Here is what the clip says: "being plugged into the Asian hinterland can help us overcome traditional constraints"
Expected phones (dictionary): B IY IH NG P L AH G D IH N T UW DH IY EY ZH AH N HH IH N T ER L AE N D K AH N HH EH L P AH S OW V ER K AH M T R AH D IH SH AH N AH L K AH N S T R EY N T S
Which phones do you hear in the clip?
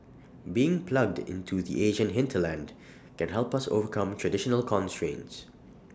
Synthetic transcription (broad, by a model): B IY IH NG P L AH G D IH N T UW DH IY EY ZH AH N HH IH N T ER L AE N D K AH N HH EH L P AH S OW V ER K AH M T R AH D IH SH AH N AH L K AH N S T R EY N T S